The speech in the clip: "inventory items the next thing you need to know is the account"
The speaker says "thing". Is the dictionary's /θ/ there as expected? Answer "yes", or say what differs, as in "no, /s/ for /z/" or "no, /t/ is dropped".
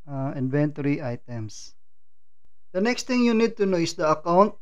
no, /t/ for /θ/